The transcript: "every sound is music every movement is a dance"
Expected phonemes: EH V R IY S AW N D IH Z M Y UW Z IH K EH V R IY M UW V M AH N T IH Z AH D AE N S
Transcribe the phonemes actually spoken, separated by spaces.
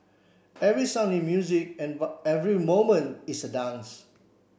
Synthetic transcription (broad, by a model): EH V R IY S AW N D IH M Y UW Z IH K EH V R IY M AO M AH N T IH S AH D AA N S